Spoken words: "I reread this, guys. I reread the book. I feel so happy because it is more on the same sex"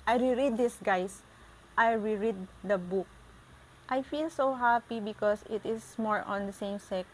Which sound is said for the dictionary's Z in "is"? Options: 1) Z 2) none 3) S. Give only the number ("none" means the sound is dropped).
3